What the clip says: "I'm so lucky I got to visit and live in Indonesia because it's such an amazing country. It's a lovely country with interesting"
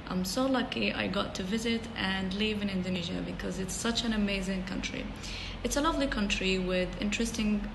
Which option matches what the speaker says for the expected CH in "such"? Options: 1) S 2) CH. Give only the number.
2